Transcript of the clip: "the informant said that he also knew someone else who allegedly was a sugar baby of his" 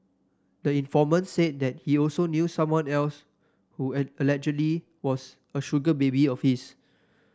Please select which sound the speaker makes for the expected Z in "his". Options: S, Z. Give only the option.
S